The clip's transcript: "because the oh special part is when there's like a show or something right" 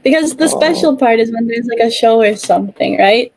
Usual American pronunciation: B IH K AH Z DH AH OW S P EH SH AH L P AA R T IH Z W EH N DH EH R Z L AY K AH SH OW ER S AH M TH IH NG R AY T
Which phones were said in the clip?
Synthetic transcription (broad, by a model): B IH K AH Z DH AH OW S P EH SH L P AA R T IH Z W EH N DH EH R Z L AY K AH SH OW ER S AH M TH IH NG R AY T